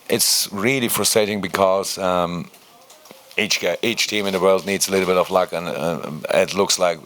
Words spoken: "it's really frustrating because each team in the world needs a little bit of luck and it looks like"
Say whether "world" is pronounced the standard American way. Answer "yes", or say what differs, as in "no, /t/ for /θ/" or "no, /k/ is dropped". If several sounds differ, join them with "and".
yes